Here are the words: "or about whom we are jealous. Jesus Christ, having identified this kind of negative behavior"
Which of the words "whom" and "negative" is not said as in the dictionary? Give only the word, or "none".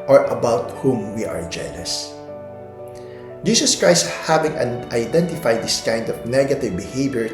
none